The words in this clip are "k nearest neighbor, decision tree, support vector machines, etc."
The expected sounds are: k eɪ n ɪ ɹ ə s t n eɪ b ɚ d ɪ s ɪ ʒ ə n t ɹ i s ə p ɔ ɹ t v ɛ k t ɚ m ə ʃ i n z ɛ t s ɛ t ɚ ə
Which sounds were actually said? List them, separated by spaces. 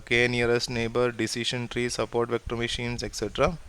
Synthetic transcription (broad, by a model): k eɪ n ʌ ɹ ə s t n eɪ b ɚ d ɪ s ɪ ʃ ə n t ɹ i s ə p ɔ ɹ t v ɛ k t ɚ m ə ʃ i n s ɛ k s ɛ t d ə